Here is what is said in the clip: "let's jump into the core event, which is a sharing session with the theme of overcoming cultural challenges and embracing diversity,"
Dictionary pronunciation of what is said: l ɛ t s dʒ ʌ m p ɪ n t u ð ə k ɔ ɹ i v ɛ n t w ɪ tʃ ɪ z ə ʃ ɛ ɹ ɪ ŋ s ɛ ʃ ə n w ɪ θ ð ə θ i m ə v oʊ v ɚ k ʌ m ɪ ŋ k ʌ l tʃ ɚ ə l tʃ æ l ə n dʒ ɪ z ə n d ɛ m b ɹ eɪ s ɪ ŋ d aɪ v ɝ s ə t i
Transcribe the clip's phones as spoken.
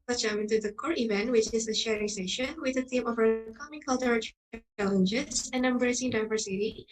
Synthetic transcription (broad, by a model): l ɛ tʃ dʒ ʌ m ɪ n t u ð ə k ɔ ɹ i v ɛ n t w ɪ tʃ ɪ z ə ʃ ɛ ɹ ɪ ŋ s ɛ ʃ ə n w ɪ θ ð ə t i m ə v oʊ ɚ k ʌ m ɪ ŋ k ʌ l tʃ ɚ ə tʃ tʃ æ l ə n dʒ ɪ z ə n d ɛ m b ɹ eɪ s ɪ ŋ d aɪ v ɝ s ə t i